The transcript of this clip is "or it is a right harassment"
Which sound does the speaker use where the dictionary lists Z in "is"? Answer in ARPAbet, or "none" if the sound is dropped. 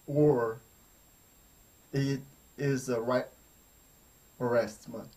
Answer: Z